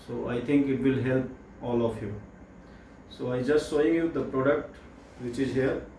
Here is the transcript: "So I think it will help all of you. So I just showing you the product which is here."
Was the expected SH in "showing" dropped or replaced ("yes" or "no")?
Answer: yes